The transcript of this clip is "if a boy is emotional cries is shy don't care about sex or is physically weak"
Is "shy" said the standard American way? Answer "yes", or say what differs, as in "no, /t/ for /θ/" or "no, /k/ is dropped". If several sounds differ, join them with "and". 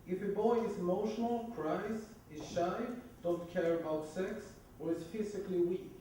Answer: yes